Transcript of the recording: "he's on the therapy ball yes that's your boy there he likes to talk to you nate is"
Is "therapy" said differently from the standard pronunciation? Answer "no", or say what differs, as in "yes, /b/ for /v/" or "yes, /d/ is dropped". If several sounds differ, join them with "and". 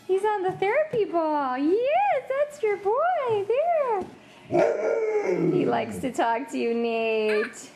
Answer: no